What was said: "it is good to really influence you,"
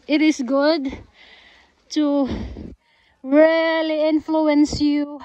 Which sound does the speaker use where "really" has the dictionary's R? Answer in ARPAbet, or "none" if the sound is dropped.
R